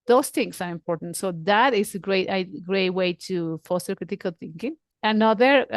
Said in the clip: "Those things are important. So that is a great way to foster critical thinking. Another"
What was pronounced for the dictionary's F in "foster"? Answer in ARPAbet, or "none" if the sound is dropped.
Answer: F